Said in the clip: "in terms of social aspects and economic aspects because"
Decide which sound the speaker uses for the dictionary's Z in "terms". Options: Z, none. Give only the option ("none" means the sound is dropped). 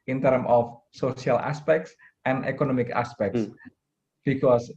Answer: none